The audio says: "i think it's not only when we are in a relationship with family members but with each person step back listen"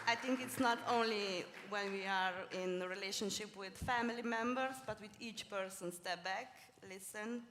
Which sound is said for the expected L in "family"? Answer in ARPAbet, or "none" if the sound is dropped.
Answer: L